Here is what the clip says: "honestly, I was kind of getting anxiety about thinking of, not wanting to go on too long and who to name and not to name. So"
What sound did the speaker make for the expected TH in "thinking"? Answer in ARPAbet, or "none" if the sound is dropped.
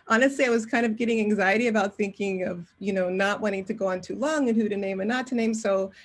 TH